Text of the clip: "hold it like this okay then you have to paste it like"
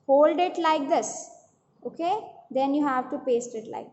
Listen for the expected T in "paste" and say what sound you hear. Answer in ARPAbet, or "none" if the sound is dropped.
T